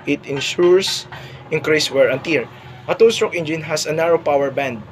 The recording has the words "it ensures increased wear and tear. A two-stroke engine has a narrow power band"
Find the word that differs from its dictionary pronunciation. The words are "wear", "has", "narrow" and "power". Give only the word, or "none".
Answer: has